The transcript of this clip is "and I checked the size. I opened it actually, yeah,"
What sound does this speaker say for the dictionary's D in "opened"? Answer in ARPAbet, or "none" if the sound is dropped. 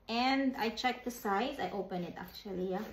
none